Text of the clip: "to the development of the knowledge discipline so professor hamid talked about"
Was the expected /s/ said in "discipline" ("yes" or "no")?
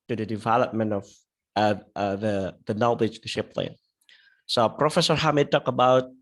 no